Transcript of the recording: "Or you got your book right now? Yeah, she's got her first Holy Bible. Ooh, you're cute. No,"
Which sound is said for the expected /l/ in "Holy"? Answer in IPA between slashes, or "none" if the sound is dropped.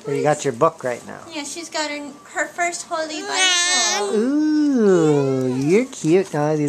/l/